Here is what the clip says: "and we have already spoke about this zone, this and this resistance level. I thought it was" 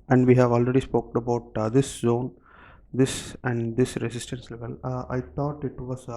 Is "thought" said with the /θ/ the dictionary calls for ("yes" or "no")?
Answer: no